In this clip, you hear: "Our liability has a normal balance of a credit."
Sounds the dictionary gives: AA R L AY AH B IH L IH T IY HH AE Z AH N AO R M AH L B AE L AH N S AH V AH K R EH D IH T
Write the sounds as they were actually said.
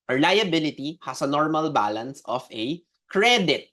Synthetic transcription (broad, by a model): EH L AY AH B IH L IH T IY HH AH S AH N AO R M AH L B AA L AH N S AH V AH K R EH D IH T